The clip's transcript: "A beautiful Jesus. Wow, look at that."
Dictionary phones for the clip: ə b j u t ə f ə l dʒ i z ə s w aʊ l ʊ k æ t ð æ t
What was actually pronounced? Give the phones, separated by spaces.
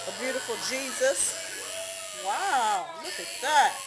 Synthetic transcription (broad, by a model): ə b j u t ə f l dʒ i z ə s w aʊ l ʊ k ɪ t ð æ t